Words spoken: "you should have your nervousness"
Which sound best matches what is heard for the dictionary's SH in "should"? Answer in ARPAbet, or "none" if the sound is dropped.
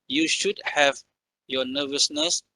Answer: SH